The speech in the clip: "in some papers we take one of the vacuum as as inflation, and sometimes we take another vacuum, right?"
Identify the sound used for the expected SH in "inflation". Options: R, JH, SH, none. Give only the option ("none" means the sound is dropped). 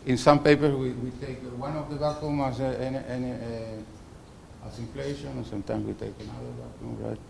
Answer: none